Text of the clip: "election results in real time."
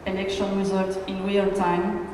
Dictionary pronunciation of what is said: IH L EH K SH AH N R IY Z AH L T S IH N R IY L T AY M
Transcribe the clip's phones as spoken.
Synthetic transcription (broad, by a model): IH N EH K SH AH N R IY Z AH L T IH N W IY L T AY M